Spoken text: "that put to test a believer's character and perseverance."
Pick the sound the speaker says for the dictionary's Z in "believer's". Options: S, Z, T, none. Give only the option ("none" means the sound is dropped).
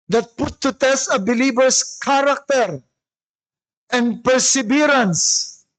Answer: S